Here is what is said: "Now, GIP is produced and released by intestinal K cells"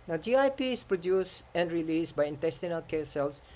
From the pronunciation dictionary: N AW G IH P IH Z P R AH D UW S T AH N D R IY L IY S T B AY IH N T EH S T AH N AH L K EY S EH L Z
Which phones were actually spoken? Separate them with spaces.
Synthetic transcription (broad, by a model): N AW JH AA P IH S P R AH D UW S AH N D R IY L IY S B AY IH N T EH S T AH N AH L K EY S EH L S